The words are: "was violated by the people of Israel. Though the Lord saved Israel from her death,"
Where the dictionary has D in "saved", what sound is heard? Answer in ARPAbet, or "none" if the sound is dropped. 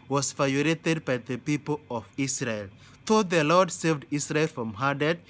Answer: D